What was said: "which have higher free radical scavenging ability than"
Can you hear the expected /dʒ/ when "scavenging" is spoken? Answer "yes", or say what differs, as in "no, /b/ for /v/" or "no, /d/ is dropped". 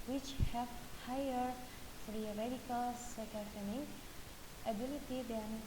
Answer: no, /dʒ/ is dropped